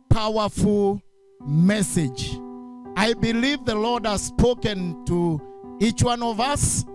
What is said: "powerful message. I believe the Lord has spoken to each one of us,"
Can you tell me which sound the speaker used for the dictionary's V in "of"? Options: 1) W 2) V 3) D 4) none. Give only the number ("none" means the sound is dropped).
2